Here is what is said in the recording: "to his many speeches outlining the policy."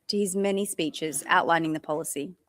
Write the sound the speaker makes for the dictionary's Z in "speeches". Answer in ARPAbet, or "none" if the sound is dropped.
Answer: Z